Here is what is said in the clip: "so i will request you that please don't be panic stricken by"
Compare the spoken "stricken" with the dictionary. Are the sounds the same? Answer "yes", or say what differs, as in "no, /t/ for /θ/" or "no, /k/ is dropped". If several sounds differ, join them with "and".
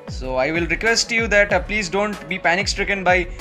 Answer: yes